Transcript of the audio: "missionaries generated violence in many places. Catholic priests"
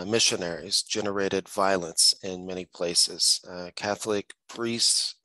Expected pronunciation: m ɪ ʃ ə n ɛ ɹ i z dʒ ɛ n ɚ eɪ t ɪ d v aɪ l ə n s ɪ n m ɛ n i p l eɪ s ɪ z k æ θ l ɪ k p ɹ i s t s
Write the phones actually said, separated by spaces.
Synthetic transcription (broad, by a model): m ɪ ʃ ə n ɛ ɹ i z dʒ ɛ n ɚ eɪ t ɪ d v aɪ l ə n s ɪ n m ɛ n i p l eɪ s ɪ z k æ θ l ɪ k p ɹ i s t s